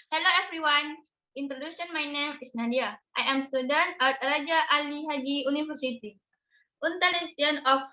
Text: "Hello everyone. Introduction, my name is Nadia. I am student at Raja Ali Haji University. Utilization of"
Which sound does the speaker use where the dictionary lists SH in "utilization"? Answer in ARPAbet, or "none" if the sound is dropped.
none